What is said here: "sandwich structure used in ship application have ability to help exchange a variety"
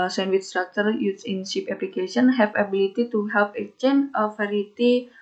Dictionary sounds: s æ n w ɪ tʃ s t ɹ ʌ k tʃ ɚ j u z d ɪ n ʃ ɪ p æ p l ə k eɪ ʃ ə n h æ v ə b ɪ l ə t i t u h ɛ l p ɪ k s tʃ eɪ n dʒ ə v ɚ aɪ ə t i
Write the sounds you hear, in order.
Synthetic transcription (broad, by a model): s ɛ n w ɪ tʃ s t ɹ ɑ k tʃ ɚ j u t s ɪ n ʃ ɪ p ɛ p l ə k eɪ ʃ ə n h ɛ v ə b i l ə t i t u h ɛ l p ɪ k tʃ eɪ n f ə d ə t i